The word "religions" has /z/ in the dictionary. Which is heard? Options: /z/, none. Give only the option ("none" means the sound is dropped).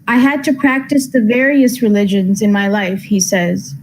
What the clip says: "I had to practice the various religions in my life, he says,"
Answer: /z/